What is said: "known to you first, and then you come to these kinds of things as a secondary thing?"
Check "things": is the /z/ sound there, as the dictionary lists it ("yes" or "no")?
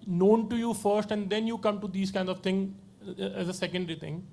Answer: no